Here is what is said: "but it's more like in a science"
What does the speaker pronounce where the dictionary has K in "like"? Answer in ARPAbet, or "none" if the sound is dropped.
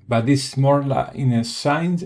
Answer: none